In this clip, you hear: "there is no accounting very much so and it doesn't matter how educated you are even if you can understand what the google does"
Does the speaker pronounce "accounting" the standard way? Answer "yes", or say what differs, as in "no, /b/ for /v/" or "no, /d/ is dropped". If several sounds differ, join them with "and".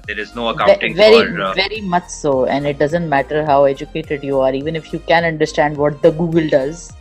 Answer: no, /k/ is dropped